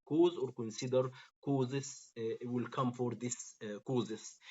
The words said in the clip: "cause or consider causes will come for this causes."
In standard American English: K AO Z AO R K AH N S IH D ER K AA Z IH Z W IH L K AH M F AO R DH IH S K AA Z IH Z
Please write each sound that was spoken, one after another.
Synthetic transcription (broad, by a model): K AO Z AO R K AH N S IH D ER K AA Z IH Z W IH L K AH M F AO R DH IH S K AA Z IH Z